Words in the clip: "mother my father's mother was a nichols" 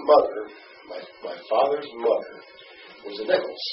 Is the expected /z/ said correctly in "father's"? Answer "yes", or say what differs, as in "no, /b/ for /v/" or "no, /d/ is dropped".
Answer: yes